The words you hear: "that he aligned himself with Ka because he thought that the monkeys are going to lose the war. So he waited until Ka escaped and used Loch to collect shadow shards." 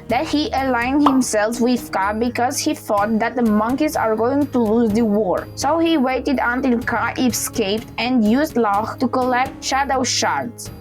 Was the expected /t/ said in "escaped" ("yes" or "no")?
yes